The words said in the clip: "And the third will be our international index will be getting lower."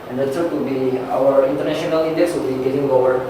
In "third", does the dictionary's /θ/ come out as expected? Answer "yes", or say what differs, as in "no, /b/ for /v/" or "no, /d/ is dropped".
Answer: no, /s/ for /θ/